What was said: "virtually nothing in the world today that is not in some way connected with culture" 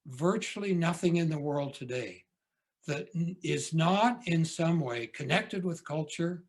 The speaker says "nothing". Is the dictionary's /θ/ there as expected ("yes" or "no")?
yes